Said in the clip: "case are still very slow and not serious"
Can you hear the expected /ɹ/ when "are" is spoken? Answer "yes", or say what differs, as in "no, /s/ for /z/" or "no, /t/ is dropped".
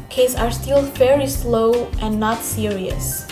yes